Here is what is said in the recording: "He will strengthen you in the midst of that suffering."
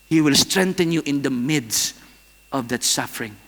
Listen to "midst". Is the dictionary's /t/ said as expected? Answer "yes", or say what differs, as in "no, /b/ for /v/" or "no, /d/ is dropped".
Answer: yes